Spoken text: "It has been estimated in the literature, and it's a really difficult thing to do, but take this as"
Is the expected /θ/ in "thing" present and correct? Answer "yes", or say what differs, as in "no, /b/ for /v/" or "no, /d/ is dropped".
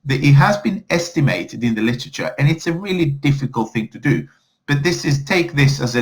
yes